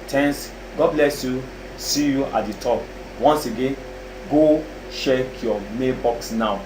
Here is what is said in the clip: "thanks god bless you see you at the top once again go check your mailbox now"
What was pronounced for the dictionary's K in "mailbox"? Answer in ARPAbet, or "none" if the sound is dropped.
K